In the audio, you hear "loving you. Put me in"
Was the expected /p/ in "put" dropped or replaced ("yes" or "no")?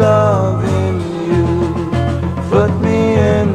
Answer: yes